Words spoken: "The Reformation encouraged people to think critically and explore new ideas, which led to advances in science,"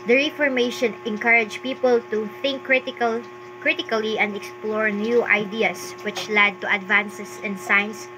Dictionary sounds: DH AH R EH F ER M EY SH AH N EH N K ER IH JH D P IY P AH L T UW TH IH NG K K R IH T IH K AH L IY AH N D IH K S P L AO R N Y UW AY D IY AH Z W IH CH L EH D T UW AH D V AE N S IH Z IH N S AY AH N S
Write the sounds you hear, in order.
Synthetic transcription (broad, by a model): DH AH R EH F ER M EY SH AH N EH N K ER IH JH P IY P AH L T UW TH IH NG K K R IH T IH K AH L IY AH N D IH K S P L AO R N Y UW AY D IY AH S W IH CH L EH D T UW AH D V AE N S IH S IH N S AY N S